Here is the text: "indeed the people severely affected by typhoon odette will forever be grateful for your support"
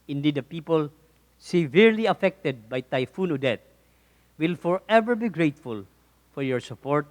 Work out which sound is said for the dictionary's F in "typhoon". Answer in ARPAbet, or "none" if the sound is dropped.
F